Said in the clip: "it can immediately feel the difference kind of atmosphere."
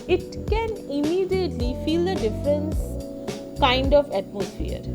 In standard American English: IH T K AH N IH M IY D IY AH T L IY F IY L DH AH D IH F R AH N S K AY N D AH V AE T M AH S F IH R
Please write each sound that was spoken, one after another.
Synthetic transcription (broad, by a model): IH T K AH N IH M IY D IY AH T L IY F IY L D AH D IH F R AH N S K AY N D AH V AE T M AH S F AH R